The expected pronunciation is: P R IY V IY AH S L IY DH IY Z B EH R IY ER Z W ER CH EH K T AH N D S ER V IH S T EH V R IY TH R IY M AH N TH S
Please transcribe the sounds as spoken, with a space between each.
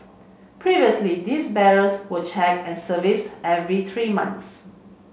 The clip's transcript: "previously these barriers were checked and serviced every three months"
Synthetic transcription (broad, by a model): P R IY V IY AH S L IY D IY S B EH R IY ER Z W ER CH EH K AH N S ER V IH S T EH V R IY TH R IY M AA N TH S